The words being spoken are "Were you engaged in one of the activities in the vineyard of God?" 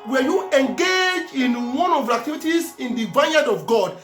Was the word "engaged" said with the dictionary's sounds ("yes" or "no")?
no